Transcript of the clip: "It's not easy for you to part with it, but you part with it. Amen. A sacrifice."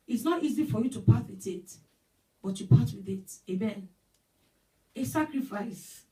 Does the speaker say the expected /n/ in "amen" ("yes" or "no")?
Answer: yes